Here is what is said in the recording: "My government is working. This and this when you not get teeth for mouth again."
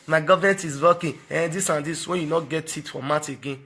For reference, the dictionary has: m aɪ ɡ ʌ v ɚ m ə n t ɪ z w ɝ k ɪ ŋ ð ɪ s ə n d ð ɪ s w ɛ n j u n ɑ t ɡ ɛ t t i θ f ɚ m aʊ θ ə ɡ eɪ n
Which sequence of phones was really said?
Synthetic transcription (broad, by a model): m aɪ ɡ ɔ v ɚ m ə n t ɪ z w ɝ k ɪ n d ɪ s ə n d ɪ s w ɛ n j u n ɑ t ɡ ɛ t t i t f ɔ m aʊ t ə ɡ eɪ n